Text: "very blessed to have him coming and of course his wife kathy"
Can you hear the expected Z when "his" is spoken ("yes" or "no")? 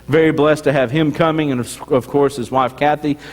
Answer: yes